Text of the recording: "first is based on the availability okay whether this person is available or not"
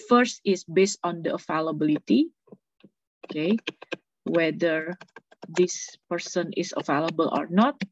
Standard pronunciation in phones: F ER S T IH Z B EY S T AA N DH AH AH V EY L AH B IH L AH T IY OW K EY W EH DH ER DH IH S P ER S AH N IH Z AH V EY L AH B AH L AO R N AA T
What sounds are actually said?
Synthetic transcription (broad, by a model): F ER S T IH S B EY S T AA N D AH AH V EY L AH B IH L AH T IY OW K EY W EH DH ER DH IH S P ER S AH N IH S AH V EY L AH B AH L AO R N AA T